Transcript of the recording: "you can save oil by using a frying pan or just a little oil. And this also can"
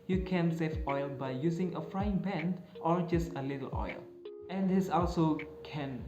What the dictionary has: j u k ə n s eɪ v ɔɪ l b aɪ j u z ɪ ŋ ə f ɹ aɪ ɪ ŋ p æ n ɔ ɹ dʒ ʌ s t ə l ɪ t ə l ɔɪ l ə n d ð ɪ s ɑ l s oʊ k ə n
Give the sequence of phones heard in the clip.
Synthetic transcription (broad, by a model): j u k ə n s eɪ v ɔɪ l b aɪ j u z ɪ ŋ ə f ɹ aɪ ɪ ŋ b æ n ɔ ɹ dʒ ʌ s t ə l ɪ t ə l ɔɪ l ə n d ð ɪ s ɑ l s oʊ k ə n